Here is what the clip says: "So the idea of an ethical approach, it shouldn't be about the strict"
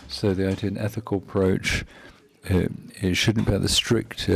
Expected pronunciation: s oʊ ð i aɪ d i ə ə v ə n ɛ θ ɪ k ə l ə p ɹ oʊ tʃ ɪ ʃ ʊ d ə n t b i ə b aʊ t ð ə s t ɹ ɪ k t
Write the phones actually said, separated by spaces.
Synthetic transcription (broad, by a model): s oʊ ð i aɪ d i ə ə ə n ɛ θ ɪ k ə l ə p ɹ oʊ tʃ ɪ ʃ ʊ d n b i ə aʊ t ð ə s t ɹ ɪ k t